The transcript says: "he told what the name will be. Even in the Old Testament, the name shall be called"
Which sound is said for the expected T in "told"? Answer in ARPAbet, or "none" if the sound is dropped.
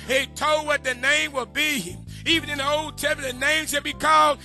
T